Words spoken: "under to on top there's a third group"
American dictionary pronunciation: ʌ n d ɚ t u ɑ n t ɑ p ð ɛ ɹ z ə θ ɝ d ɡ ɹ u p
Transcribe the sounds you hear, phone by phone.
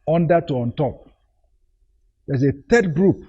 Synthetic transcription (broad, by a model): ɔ n d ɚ t u ɑ n t ɑ p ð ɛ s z ə t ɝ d ɡ ɹ u p